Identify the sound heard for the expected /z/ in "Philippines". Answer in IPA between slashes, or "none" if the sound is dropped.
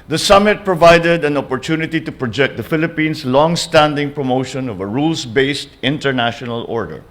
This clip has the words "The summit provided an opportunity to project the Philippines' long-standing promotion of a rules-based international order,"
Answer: /s/